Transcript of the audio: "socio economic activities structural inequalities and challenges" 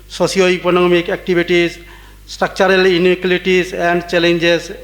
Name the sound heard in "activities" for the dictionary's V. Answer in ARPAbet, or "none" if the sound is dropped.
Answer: B